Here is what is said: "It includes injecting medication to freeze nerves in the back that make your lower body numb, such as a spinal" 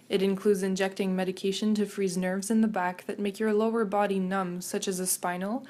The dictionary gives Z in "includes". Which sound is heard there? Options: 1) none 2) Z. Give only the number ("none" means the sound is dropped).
2